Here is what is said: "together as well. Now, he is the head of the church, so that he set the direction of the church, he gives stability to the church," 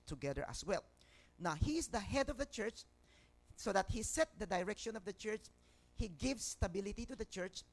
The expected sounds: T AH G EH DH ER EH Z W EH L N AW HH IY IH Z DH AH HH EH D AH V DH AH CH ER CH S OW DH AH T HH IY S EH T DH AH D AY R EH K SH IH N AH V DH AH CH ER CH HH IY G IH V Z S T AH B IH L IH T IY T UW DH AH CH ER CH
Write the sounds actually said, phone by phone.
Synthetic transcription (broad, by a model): T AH G EH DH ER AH S W EH L N AW HH IY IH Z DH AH HH EH D AH V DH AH CH ER CH S OW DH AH T HH IY S EH T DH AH D AY R EH K SH IH N AH V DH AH CH ER CH HH IY G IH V S T AH B IH L IH T IY T UW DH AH CH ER CH